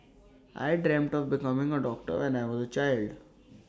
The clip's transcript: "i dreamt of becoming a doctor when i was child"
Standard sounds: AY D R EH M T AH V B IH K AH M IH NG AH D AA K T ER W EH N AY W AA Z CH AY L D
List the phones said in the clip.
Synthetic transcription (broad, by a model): AY D R EH M T AH V B IH K AH M IH NG AH D AA K T ER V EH N AY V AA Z CH AY L D